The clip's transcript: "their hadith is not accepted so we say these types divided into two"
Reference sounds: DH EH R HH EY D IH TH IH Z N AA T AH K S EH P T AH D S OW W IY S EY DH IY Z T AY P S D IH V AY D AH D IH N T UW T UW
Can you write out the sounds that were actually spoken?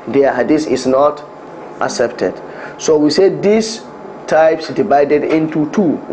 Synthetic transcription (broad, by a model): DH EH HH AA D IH S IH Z N AA T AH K S EH P T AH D S OW W IY S EY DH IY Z T AY P S D IH V AY D AH D IH N T UW T UW